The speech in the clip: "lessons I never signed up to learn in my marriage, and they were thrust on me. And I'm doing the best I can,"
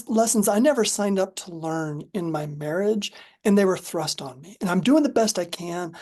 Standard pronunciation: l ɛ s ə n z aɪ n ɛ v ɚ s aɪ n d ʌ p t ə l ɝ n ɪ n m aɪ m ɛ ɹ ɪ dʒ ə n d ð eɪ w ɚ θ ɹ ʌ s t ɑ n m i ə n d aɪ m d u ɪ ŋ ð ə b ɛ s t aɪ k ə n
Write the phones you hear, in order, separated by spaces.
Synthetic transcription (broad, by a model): l ɛ s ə n z aɪ n ɛ v ɚ s aɪ n d ʌ p t ə l ɝ n ɪ n m aɪ m ɛ ɹ ɪ dʒ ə n ð eɪ w ɚ θ ɹ ʌ s t n m i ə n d aɪ m d u ɪ ŋ ð ə b ɛ s t aɪ k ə n